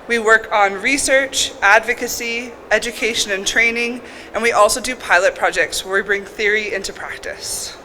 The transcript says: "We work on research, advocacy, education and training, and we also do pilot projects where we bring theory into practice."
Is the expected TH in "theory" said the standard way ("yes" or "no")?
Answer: yes